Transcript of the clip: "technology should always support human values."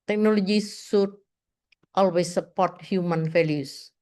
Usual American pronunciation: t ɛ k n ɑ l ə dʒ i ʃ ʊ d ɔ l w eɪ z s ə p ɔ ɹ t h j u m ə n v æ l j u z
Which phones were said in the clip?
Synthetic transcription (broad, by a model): t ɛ k n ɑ l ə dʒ i s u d ɔ l w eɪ s ə p ɔ ɹ t h j u m ə n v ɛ l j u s